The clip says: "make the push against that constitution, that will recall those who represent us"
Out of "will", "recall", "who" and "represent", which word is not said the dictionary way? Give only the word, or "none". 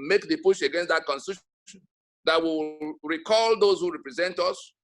will